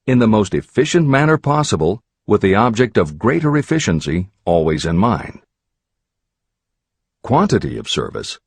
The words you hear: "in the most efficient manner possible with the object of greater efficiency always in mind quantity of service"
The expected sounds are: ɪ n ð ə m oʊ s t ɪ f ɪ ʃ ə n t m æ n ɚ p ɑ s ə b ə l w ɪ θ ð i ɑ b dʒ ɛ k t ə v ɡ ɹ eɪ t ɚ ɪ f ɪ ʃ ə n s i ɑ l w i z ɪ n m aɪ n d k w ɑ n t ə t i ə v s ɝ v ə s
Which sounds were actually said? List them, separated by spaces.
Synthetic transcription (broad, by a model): ɪ n ð ə m oʊ s t ɪ f ɪ ʃ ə n m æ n ɚ p ɑ s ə b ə l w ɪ ð i ɑ b dʒ ɛ k t ə v ɡ ɹ eɪ t ɚ ɪ f ɪ ʃ ə n s i ɑ l w i z ɪ n m aɪ n k w ɑ n t ə t i ə v s ɝ v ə s